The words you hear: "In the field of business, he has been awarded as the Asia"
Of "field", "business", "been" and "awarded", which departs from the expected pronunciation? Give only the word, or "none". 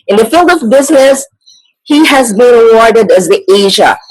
none